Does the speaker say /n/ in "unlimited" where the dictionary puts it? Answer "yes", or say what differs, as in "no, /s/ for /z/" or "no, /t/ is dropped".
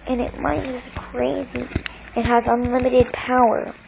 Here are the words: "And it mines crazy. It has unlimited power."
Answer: yes